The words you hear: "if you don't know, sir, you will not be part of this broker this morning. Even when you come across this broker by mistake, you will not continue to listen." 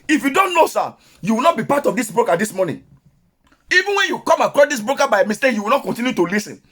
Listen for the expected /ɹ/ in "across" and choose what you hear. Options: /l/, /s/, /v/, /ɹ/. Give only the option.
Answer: /ɹ/